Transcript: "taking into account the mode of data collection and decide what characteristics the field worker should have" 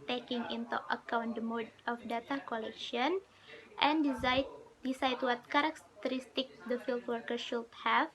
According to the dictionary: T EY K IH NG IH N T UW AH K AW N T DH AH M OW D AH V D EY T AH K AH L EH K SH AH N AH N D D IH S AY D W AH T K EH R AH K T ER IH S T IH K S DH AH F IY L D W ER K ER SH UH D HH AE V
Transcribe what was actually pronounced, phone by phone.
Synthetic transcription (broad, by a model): T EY K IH NG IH N T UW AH K AW N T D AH M OW D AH F D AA T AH K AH L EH K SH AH N AH N D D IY S AY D W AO T K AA R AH K T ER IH S T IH K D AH F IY L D W ER K ER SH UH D HH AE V